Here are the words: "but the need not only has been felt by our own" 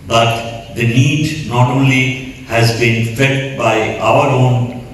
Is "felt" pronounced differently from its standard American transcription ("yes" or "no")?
yes